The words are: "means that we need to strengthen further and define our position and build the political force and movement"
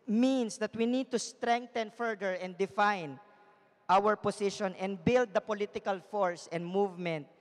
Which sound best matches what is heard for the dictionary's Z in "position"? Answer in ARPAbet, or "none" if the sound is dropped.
S